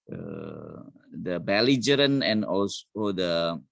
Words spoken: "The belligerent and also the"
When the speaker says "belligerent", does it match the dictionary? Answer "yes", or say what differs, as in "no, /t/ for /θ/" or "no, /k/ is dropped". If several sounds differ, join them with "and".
no, /t/ is dropped